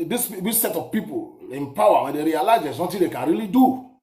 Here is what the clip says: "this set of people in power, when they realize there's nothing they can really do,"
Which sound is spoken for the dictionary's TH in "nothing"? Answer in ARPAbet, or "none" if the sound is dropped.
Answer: T